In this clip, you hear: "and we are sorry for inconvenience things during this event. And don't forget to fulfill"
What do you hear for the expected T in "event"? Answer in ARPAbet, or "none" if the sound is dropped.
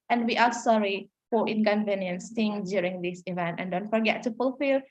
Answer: T